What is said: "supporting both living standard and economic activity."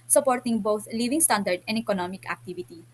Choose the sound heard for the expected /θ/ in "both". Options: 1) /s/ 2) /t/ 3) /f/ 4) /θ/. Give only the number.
2